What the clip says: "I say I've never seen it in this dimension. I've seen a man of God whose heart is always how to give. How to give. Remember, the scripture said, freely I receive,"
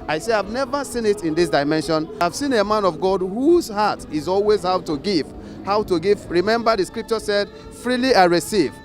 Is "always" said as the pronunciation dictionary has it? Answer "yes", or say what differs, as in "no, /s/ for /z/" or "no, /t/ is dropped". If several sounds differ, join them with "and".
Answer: yes